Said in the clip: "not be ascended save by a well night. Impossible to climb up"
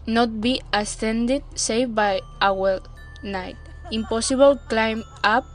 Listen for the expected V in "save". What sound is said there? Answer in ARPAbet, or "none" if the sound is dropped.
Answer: F